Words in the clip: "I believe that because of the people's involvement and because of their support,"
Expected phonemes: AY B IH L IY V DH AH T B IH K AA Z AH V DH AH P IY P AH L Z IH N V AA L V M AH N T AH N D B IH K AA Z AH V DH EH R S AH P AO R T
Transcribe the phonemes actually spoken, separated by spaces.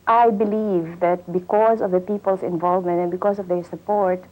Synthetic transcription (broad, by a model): AY B IH L IY V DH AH T B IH K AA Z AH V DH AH P IY P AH L S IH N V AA L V M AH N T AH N B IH K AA S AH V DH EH R S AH P AO R T